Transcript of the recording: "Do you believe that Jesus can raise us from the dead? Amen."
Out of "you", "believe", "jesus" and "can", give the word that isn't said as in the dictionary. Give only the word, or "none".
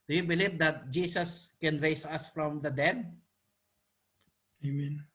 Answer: jesus